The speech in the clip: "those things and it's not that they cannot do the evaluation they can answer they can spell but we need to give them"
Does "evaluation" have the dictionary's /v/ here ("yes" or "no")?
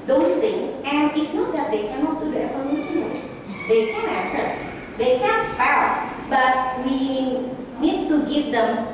no